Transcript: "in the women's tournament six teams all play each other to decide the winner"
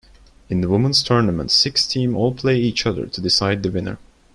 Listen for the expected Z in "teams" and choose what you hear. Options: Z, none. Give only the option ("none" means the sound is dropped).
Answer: none